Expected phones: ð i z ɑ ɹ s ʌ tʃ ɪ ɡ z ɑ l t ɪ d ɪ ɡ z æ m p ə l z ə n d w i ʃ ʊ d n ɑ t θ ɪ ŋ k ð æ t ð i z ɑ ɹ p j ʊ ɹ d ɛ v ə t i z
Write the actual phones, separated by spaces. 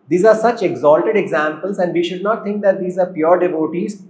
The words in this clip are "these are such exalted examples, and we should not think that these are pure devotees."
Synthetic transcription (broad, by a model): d i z ɑ ɹ s ʌ tʃ ɪ ɡ z ɑ l t ɪ d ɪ ɡ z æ m p ə l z ə n d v i ʃ ʊ d n ɑ t t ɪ ŋ k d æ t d i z ɑ ɹ p j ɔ ɹ d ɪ v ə t i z